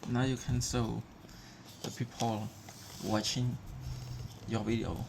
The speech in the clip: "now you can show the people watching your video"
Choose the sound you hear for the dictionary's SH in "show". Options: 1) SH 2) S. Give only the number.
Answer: 2